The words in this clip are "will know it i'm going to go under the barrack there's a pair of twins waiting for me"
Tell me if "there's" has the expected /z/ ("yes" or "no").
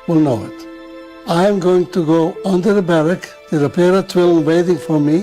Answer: no